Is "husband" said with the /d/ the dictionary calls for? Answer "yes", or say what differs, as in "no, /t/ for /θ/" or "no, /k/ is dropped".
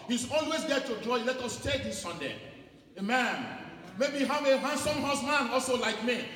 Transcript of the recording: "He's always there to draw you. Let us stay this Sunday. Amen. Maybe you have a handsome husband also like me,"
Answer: no, /d/ is dropped